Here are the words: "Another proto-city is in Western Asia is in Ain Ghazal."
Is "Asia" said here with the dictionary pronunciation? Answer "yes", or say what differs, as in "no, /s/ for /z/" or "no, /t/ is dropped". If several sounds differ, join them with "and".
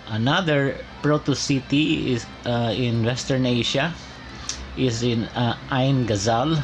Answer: no, /ʃ/ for /ʒ/